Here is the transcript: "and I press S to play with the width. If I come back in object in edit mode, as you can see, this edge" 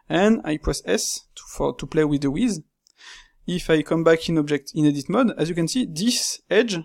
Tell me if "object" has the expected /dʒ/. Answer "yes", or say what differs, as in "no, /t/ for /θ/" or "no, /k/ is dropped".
yes